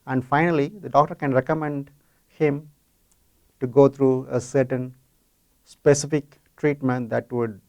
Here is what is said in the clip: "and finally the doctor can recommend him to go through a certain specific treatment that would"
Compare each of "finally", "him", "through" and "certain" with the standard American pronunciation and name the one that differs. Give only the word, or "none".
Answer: through